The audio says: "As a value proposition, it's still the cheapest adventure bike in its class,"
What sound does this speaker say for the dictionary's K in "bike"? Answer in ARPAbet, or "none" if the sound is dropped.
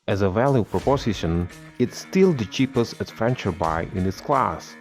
none